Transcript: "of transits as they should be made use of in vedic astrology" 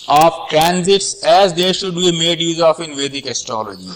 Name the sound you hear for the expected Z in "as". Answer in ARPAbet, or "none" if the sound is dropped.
Z